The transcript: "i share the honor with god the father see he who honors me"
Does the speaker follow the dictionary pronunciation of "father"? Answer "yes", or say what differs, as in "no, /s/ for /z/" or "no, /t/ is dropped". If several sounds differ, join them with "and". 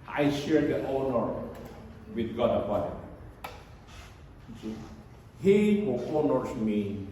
no, /p/ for /f/